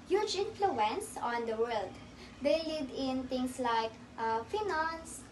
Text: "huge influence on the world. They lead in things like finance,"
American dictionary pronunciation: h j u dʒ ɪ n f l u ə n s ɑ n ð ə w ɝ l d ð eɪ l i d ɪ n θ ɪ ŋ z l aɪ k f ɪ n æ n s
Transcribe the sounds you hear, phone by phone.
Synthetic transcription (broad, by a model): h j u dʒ ɪ n f l u ə n s ɑ n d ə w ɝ l d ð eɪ l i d ɪ n t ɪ ŋ s l aɪ k f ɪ n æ n s